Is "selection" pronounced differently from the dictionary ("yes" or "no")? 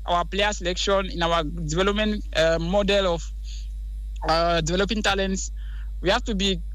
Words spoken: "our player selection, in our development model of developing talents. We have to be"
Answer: no